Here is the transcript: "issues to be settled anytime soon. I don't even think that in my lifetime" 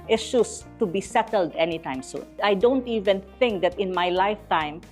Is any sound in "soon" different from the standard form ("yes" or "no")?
yes